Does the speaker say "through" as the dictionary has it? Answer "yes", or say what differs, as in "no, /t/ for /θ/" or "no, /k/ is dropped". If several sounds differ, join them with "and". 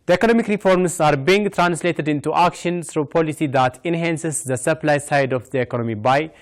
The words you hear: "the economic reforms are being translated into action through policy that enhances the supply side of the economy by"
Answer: no, /s/ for /θ/